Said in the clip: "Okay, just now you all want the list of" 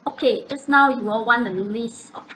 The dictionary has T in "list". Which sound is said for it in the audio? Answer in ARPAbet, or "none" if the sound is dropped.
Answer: none